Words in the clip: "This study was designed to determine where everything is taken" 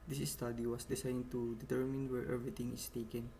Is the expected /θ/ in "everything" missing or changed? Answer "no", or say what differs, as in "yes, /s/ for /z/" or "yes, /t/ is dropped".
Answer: yes, /t/ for /θ/